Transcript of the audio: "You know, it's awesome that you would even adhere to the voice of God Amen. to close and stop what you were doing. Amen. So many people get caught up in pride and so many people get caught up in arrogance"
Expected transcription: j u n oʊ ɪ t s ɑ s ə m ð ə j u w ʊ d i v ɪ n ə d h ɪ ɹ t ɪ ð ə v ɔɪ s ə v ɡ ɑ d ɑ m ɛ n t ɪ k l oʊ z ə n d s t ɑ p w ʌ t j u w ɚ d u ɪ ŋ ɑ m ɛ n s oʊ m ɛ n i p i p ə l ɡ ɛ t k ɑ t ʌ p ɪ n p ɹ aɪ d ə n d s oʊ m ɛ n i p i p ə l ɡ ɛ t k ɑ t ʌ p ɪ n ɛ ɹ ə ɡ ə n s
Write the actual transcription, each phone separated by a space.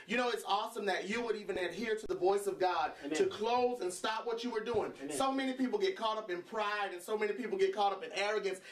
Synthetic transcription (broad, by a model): j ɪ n oʊ ɪ t s ɑ s ə m ð ə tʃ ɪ w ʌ d i v ɪ n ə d h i ɹ t ɪ ð ə v ɔɪ s ə v ɡ ɑ d t ɪ k l oʊ z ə n s t ɑ p w ʌ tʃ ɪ w ɚ d u ɪ ŋ s oʊ m ɛ n i p i p l ɡ ɛ t k ɑ t ʌ p ɪ n p ɹ aɪ d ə n s oʊ m ɛ n i p i p l ɡ ɛ t k ɑ t ʌ p ɪ n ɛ ɹ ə ɡ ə n s